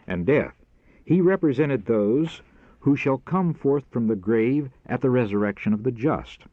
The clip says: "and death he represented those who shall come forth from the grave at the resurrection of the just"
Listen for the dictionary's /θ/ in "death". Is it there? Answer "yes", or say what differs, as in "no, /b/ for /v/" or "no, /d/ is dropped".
yes